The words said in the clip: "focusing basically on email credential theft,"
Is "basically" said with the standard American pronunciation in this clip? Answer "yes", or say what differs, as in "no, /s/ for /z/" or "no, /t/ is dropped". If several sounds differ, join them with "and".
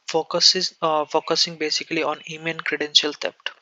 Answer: yes